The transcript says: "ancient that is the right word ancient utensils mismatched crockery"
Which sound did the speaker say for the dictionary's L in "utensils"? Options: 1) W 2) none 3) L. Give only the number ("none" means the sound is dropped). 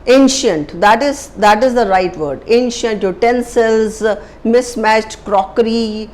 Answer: 3